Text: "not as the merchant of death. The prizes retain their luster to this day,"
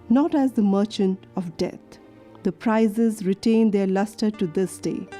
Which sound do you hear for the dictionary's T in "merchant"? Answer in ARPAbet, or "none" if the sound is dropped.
T